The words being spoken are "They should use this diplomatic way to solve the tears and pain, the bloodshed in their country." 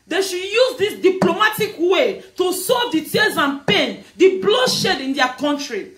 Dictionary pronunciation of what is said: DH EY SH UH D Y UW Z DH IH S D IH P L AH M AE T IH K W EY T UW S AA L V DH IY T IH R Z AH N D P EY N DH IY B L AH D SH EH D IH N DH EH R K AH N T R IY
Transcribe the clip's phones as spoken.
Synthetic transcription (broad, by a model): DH EY SH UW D Y UW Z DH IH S D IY P L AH M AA T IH K W EY T UW S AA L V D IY T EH L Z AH N P EY N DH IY B L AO SH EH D IH N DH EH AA K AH N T R IY